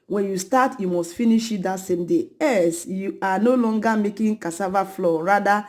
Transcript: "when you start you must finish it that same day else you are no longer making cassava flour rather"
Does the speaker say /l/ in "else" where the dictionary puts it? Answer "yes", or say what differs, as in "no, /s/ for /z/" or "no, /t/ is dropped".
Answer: no, /l/ is dropped